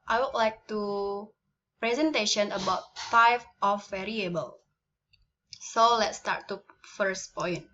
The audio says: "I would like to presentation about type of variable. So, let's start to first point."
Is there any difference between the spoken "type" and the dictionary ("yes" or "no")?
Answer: yes